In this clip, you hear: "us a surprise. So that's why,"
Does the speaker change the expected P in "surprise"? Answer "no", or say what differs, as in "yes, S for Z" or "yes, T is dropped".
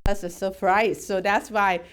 yes, F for P